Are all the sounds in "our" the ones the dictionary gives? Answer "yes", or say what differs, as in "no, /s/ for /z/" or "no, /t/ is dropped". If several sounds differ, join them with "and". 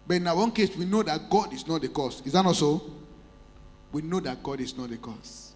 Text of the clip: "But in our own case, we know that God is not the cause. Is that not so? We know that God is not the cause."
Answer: no, /w/ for /ɹ/